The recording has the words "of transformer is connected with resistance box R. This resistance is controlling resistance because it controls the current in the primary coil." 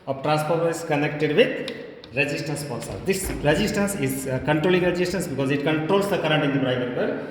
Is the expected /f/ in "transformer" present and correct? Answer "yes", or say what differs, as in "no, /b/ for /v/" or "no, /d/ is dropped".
no, /p/ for /f/